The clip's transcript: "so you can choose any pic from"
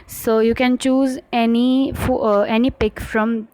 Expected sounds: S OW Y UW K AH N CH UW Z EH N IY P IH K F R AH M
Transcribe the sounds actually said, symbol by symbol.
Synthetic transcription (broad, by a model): S OW Y UW K AH N CH UW Z EH N IY P IH K F R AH M